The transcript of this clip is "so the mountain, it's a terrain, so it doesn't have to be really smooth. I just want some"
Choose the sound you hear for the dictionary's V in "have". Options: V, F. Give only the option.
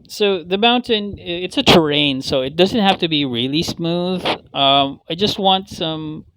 F